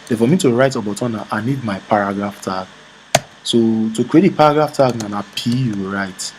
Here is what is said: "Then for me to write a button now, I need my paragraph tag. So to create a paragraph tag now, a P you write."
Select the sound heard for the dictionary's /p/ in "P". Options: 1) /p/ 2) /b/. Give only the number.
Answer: 1